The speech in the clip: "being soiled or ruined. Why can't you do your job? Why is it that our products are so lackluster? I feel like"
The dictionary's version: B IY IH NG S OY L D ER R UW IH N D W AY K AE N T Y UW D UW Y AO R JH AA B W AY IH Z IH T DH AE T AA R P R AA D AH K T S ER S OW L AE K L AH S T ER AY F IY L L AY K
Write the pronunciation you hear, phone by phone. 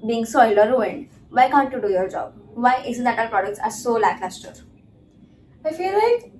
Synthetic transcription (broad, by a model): B IY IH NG S OY L D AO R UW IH N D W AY K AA N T Y UW D UW Y AO R JH AA B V AY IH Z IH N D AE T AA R P R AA D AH K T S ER S OW L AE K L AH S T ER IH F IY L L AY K